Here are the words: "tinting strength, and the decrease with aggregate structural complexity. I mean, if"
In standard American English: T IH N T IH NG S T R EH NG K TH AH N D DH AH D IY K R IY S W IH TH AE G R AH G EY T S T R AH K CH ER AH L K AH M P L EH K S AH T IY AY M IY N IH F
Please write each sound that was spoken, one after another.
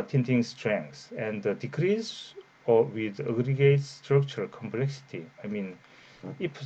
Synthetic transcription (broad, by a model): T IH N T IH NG S T R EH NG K S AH N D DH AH D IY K R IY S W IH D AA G R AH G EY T S T R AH K CH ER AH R K AH M P L EH K S AH T IY AY M IY N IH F